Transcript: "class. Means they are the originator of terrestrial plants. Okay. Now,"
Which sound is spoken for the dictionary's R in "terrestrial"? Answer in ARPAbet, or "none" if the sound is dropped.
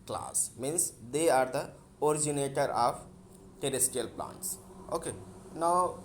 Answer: none